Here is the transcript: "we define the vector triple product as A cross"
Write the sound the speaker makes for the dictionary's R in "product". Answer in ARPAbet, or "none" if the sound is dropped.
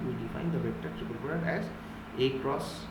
none